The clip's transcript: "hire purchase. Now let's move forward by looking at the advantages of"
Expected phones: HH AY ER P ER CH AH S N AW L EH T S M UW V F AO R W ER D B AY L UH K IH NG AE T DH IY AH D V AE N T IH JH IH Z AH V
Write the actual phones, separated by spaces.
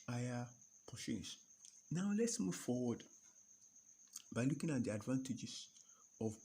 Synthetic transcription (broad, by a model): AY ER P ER SH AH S N AW L EH T S M UW V F AO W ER D B AY L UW K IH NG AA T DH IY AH D V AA N T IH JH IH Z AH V